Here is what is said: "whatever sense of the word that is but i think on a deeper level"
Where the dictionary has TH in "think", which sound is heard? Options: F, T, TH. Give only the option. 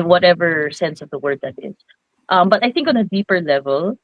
TH